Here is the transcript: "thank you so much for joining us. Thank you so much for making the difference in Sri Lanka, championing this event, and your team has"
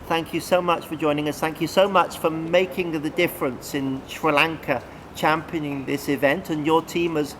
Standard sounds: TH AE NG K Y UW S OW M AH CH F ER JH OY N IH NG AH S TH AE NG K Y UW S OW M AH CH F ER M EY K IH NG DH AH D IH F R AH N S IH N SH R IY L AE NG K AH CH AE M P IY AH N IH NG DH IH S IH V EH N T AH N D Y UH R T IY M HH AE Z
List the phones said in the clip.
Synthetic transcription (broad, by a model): TH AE NG K Y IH S OW M AH CH F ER JH OY N IH NG AH S TH AE NG K Y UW S OW M AH CH F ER M EY K IH NG DH AH D IH F R AH N S IH N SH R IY L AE NG K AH CH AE M P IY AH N IH NG DH IH S IH V EH N T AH N Y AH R T IY M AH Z